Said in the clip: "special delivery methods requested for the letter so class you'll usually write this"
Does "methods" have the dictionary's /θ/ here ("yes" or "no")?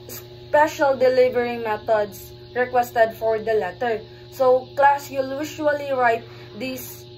no